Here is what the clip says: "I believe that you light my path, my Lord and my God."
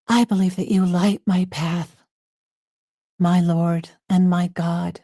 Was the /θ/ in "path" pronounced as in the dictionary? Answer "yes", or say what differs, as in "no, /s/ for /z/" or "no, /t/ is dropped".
yes